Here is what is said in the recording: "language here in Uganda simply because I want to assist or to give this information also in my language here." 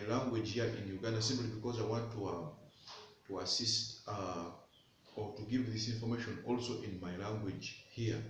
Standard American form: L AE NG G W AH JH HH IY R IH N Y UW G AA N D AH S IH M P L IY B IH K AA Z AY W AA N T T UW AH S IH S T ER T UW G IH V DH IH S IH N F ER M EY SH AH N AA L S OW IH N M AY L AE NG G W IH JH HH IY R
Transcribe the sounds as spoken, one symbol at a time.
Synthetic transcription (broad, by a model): L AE NG G W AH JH HH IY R IH N Y UW G AA N D AH S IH M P L IY B IH K AA Z AY W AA N T T UW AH S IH S T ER T UW G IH V DH IH S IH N F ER M EY SH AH N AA L S OW IH N M AY L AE NG G W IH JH HH IY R